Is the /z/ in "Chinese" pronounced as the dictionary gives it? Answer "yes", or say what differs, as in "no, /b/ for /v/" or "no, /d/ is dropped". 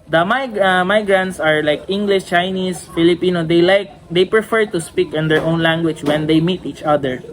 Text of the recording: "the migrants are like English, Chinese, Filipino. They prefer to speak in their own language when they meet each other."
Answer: no, /s/ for /z/